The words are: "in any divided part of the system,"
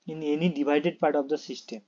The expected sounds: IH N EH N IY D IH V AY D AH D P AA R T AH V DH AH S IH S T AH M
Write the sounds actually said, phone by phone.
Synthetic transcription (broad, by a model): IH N EH N IY D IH B AY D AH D P AA R T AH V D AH S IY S T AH M